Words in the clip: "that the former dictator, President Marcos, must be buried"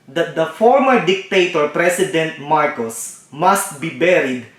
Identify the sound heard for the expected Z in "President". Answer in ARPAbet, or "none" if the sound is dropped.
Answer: S